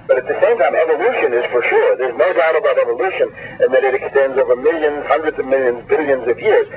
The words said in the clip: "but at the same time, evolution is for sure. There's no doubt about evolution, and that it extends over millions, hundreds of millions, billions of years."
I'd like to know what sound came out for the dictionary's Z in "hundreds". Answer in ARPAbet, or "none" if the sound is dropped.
Z